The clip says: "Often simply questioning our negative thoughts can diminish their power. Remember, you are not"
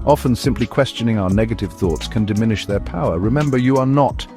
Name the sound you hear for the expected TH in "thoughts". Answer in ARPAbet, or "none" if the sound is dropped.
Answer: TH